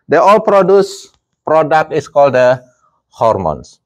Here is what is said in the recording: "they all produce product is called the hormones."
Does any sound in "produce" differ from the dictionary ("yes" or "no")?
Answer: no